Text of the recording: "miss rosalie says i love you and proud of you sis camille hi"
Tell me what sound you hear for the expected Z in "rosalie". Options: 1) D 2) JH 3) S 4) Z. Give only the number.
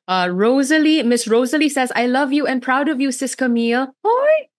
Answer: 4